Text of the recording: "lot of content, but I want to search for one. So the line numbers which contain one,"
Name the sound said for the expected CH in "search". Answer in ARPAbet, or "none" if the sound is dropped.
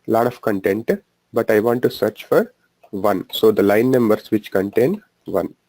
CH